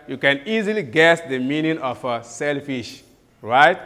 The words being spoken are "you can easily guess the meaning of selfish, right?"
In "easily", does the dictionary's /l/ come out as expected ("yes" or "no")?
yes